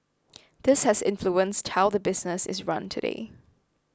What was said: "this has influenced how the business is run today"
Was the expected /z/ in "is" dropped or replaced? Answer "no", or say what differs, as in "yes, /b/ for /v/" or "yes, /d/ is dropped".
no